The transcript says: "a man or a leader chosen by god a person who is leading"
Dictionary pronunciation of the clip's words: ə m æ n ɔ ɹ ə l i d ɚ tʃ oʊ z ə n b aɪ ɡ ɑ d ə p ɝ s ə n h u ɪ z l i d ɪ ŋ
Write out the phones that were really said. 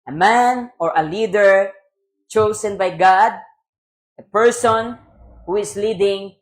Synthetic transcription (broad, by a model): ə m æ n ɔ ɹ ə l i d ɚ tʃ oʊ s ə n b aɪ ɡ ɑ d ə p ɝ s ə n h u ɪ s l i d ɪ ŋ